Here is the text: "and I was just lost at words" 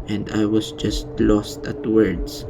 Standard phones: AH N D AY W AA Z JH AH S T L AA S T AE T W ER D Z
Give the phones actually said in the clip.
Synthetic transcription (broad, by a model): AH N D AY W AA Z JH AH S T L AA S T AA T W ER D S